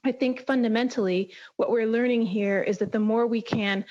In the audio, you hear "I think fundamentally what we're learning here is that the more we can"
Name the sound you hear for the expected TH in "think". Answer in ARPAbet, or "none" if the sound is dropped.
TH